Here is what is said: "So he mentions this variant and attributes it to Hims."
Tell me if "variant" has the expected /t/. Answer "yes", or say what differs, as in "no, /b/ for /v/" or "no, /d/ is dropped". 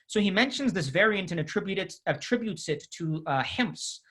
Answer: yes